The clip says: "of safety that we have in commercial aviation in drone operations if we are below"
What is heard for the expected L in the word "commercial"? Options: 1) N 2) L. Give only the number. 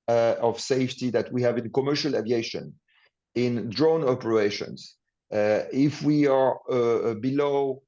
2